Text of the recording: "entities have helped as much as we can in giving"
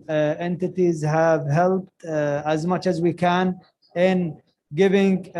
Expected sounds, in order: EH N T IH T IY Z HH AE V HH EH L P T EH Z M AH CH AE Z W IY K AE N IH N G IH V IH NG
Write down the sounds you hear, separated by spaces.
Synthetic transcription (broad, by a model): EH N T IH T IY Z HH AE V HH EH L P T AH Z M AH CH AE Z W IY K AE N IH N G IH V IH NG